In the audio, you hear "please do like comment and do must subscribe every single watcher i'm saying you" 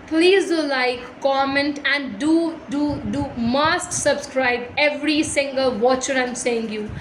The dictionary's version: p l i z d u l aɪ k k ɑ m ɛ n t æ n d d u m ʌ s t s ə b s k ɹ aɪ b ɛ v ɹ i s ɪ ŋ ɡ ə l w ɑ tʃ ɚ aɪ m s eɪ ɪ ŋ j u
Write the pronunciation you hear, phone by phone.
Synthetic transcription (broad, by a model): p l i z d u l aɪ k k ɑ m ɛ n t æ n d d u m ʌ s t s ə b s k ɹ aɪ b ɛ v ɹ i s ɪ ŋ ɡ ə l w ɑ tʃ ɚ aɪ m s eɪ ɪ ŋ j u